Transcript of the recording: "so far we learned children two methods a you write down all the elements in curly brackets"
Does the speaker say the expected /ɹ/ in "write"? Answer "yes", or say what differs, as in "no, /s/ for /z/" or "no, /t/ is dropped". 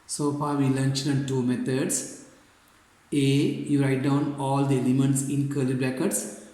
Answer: yes